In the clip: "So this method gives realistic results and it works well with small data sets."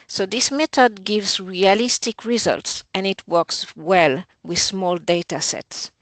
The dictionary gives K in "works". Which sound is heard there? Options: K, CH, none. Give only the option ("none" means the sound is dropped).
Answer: K